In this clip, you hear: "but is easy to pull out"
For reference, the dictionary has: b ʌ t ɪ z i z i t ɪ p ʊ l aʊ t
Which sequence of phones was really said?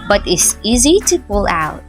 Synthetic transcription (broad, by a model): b ʌ t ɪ s i z i t ɪ p ʊ l aʊ t